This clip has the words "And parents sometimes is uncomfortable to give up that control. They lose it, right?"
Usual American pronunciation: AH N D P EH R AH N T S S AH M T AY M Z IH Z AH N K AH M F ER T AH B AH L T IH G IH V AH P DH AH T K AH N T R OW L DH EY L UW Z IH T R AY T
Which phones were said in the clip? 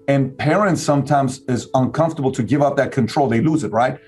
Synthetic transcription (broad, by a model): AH N P EH R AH N T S S AH M T AY M Z IH Z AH N K AH M F T AH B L T IH G IH V AH P DH AH T K AH N T R OW L DH EY L UW Z IH T R AY T